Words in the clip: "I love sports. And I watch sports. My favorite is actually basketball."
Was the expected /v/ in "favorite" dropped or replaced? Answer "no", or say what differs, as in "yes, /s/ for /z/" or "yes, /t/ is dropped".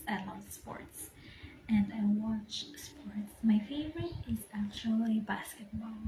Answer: no